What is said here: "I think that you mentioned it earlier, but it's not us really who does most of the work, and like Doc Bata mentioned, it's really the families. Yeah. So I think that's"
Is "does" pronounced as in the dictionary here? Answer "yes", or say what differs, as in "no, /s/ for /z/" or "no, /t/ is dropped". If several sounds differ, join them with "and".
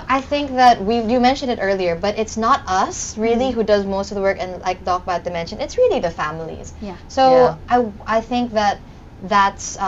yes